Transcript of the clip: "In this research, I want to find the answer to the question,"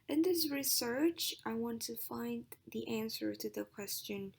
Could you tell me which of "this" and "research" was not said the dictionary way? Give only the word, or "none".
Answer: none